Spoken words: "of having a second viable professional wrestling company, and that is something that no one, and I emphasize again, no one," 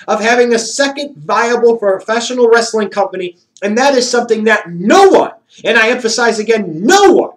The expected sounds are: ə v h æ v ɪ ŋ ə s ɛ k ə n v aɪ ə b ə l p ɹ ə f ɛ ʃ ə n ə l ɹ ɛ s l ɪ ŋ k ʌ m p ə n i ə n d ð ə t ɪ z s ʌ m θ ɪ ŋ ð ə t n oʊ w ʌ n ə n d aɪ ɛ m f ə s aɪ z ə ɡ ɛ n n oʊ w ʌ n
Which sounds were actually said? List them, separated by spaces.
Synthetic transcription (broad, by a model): ə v h æ v ɪ ŋ ə s ɛ k ə n v aɪ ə b l f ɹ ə f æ ʃ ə n l ɹ ɛ s l ɪ ŋ k ʌ m p ə n i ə n ð ə t ɪ z s ʌ m θ ɪ ŋ ð ə t n oʊ w ʌ n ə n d aɪ ɛ m f ə s aɪ z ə ɡ ɛ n n oʊ w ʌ n